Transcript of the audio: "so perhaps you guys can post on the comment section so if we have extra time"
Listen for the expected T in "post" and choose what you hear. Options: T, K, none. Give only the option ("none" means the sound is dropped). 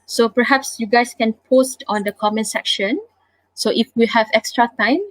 T